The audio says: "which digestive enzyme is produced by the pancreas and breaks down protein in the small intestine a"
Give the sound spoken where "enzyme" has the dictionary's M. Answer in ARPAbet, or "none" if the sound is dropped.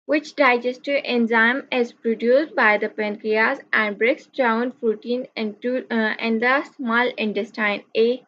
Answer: M